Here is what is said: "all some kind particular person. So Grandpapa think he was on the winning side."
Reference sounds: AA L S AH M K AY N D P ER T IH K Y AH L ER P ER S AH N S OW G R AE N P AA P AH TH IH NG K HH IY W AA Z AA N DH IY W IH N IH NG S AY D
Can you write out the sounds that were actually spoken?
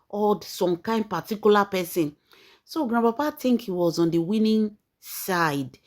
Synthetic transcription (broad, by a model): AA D S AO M K AY N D P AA T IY K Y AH L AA P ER S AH N S OW G R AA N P AA P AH T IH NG K HH IY W AA Z AA N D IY W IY N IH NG S AY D